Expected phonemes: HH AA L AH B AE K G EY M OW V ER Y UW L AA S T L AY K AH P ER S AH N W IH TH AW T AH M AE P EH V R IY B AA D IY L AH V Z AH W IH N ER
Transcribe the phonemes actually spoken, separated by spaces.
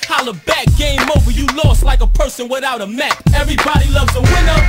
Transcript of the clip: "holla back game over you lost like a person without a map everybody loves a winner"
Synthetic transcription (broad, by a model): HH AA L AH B AE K G EY M OW V ER Y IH L AA S T L AY K AH P ER S AH N W IH TH AW T AH M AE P EH V R IY B AA D IY L AH V Z AH W IH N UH